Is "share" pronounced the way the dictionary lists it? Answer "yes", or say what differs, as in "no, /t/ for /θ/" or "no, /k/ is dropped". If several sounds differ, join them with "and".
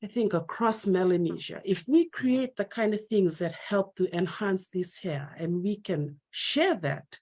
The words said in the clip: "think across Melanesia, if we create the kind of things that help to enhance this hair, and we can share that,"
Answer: yes